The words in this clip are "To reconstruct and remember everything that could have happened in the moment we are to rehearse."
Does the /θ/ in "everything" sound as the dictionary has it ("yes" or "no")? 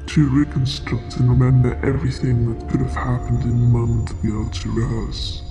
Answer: yes